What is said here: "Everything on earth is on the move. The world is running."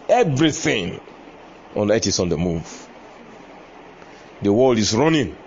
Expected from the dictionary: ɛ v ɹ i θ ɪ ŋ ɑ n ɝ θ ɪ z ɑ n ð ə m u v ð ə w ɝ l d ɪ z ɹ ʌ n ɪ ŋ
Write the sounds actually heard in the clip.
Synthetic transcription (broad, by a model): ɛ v ɹ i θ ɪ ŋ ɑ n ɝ t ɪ s ɑ n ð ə m u v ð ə w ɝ l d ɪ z ɹ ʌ n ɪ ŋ